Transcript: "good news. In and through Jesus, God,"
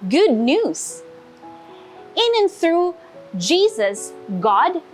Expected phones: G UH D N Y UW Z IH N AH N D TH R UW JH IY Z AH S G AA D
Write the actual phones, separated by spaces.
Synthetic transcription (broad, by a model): G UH D N Y UW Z IH N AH N TH R UW JH IY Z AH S G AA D